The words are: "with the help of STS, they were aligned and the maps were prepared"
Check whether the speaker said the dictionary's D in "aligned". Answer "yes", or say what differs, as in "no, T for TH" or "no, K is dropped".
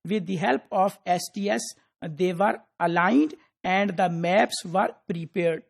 yes